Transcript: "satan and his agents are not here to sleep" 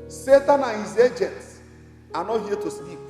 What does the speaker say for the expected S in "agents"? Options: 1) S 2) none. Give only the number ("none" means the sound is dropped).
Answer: 1